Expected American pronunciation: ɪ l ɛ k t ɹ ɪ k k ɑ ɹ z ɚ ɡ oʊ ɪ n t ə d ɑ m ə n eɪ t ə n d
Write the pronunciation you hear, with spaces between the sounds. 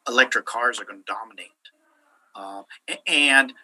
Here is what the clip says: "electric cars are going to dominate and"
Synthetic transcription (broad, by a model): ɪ l ɛ k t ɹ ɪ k k ɑ ɹ z ɚ ɡ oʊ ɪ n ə d ɑ m ə n eɪ t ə n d